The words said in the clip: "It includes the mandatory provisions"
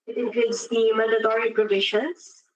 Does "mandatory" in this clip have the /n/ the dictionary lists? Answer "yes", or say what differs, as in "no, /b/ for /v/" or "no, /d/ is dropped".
no, /n/ is dropped